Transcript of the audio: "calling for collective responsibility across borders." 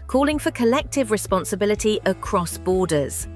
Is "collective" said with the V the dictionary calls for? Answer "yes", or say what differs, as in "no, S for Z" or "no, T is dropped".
yes